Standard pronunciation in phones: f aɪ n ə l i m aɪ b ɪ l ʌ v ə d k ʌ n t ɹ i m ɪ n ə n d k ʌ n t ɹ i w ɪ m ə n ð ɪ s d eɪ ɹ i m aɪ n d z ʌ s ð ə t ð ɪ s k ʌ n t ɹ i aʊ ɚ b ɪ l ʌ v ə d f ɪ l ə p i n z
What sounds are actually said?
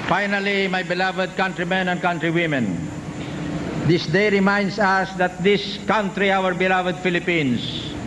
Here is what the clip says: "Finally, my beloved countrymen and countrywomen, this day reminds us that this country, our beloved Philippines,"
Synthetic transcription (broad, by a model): f aɪ n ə l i m aɪ b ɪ l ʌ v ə d k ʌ n t ɹ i m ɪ n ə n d k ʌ n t ɹ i w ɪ m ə n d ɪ s d eɪ ɹ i m aɪ n d s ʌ s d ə t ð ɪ s k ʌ n t ɹ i aʊ ɚ b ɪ l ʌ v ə d f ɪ l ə p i n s